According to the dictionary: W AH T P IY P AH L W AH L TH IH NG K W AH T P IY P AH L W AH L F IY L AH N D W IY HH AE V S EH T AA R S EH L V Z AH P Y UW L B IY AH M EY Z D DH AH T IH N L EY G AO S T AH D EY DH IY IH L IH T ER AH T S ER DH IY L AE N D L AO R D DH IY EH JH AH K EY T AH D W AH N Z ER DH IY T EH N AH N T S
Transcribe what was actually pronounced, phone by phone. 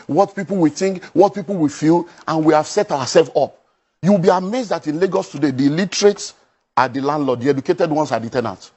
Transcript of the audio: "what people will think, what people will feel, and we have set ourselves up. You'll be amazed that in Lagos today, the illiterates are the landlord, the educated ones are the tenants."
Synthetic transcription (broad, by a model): W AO T P IY P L W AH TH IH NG K W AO T P IY P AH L W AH F IY L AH N W IY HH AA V S EH T AA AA S EH L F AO P Y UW W B IY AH M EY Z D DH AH T IH N L EY G AO S T AH D EY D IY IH L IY T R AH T S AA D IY L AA N D L AO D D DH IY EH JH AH K EY T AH D W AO N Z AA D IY T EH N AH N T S